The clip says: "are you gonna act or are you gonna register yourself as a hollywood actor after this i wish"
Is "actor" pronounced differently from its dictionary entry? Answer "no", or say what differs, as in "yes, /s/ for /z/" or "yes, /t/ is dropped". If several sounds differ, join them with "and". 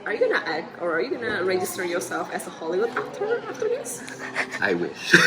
yes, /k/ is dropped